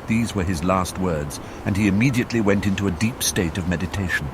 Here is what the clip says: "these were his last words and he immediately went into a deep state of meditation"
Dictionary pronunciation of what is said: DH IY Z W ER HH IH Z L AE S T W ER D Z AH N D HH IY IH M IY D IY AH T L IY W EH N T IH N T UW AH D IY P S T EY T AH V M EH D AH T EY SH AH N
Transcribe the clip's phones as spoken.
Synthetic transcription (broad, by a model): DH IY Z W ER IH Z L AE S T W ER D Z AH N IY IH M IY D IY AH T L IY W EH N T IH N T UW AH D IY P S T EY T AH V M EH D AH T EY SH N